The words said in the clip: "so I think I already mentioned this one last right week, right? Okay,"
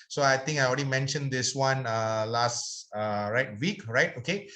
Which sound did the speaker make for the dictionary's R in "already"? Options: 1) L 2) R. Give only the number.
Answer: 1